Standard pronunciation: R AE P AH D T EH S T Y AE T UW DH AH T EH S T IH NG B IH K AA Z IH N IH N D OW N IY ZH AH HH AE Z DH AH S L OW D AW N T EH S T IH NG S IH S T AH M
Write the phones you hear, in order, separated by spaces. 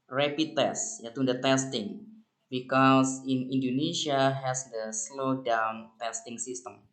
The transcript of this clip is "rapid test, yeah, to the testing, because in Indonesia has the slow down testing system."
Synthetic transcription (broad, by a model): R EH P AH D T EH S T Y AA T UW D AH T EH S T IH NG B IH K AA S IH N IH N D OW N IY SH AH HH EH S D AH S L OW D AW N T EH S T IH NG S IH S T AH M